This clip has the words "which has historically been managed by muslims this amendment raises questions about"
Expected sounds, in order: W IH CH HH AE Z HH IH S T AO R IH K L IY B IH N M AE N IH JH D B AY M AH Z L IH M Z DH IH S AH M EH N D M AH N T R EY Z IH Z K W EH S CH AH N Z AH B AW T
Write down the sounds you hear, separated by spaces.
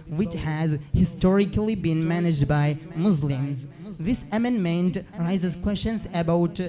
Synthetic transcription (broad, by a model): W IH CH HH AE Z HH IH S T AO R IH K L IY B IH N M AE N IH JH D B AY M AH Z L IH M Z DH IH S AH M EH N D M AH N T R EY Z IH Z K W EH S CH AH N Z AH B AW T